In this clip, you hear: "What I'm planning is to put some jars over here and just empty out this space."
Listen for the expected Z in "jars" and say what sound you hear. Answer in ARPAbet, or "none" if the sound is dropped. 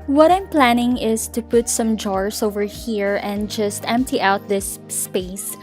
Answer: S